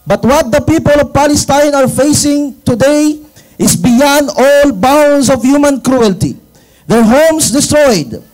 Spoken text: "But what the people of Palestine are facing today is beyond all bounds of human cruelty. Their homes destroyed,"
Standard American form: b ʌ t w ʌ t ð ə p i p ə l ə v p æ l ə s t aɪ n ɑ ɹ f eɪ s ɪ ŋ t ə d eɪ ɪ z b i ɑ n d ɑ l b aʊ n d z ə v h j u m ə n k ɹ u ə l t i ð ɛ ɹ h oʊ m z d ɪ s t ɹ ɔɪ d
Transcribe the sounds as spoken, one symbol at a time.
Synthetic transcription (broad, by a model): b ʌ t w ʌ t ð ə p i p ə l ə v p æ l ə s t aɪ n ɑ ɹ f eɪ s ɪ ŋ t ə d eɪ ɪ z b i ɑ n d ɑ l b aʊ n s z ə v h j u m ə n k ɹ u ə l t i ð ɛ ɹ h oʊ m s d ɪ s t ɹ ɔɪ d